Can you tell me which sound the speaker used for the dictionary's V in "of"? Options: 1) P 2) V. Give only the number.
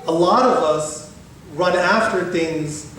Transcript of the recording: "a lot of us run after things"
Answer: 2